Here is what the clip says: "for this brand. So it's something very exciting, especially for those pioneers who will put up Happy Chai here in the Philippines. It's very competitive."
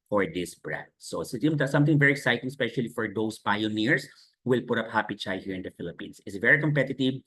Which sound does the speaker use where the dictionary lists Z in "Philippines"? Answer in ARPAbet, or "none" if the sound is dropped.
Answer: S